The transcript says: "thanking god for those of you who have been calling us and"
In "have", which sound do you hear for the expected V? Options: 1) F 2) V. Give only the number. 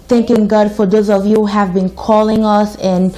2